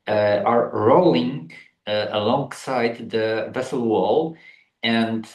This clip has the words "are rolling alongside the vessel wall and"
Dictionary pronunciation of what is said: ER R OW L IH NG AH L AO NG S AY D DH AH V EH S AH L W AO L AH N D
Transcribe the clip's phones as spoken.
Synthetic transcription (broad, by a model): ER R OW L IH NG AH L AO NG S AY D DH AH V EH S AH L W AO L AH N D